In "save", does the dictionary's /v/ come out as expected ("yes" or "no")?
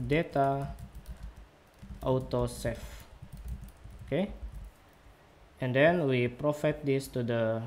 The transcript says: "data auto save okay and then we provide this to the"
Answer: no